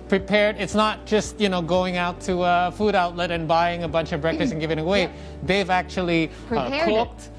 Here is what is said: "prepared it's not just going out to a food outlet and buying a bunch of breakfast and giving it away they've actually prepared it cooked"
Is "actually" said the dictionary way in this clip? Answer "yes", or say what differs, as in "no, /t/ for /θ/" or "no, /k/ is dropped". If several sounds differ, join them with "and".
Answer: no, /l/ is dropped